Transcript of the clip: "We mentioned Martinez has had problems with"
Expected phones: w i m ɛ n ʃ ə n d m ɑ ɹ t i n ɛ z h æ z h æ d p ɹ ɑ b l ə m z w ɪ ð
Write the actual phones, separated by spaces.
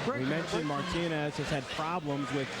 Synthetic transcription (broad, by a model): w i m ɛ n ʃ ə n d m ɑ ɹ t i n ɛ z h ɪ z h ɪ d p ɹ ɑ b l ə m z w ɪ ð